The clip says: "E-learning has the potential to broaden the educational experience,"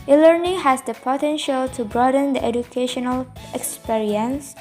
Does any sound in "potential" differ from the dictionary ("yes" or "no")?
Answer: no